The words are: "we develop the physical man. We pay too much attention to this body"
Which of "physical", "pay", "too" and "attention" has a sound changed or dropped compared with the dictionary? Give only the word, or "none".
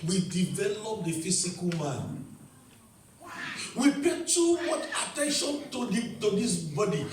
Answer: physical